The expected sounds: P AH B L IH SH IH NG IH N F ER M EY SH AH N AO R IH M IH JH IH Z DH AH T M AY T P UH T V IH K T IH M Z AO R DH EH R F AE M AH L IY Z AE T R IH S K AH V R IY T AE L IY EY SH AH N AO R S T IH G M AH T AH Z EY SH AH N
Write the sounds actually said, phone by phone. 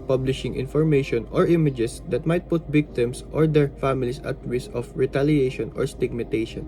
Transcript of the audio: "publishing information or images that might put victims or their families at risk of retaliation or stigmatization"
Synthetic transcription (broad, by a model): P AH B L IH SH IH NG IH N F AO M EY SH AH N AO R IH M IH JH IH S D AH T M AY T P UH T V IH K T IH M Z AO R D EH R F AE M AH L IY S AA T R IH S AH F R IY T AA L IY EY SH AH N AO R S T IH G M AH T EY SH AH N